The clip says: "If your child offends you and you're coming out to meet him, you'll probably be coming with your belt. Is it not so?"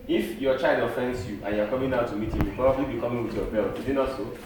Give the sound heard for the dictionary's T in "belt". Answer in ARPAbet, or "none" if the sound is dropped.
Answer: none